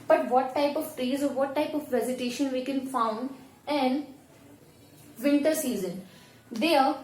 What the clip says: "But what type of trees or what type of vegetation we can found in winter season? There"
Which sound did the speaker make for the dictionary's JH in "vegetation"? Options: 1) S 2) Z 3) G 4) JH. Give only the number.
2